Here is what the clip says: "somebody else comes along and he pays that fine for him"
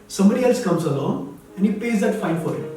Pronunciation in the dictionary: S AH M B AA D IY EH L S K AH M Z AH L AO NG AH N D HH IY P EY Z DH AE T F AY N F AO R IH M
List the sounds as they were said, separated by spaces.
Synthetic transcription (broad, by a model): S AH M B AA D IY EH L S K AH M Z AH L AO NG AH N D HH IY P EY Z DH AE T F AY N F AO R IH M